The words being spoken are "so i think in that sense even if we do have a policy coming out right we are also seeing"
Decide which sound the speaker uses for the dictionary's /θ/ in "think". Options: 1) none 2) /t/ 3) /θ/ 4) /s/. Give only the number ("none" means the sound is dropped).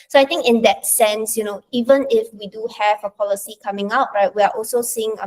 2